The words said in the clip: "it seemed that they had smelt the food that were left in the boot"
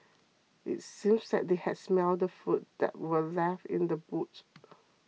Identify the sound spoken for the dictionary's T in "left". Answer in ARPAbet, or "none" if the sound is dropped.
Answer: none